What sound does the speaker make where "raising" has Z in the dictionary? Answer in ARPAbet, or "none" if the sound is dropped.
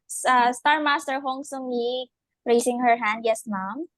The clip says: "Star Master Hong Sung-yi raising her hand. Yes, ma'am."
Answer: S